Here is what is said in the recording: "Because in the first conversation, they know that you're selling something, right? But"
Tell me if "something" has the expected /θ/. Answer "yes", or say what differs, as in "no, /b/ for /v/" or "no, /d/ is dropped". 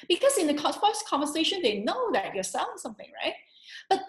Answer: yes